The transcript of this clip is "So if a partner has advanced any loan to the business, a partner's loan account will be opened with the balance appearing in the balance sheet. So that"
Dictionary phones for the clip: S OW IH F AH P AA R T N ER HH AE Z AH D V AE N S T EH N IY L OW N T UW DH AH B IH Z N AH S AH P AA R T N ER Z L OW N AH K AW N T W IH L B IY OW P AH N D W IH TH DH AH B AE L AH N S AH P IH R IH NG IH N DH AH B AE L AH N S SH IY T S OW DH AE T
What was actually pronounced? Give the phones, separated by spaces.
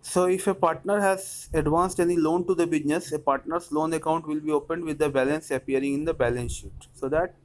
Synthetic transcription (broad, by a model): S OW IH F AH P AA R T N ER HH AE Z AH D V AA N S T EH N IY L OW N T UW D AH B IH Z N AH S AH P AA R T N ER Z L OW N AH K AW N T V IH L B IY OW P AH N D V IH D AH B AE L AH N S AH P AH R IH NG IH N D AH B AE L AH N S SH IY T S OW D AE T